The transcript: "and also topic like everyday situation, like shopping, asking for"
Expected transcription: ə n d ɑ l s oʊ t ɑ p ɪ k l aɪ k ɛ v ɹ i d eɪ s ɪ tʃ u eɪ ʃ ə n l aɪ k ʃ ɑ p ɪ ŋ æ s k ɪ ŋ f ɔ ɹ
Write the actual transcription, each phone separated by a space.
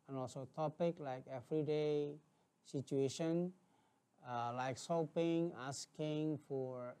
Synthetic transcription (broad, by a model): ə n ɑ l s oʊ t ɑ p ɪ k l aɪ k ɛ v ɹ i d eɪ s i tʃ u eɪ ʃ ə n l aɪ k s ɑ p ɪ ŋ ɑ s k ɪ ŋ f ɔ ɹ